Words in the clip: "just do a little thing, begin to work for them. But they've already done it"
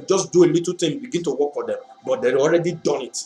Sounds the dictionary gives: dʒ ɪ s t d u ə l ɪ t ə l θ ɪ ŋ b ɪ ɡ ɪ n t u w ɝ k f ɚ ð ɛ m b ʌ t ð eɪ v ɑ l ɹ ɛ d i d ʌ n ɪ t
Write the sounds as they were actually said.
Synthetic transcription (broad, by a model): dʒ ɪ s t d u ə l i t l t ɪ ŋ b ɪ ɡ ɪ n t u w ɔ k f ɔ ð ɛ m b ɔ t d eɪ ɑ l ɹ ɛ d i d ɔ n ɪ t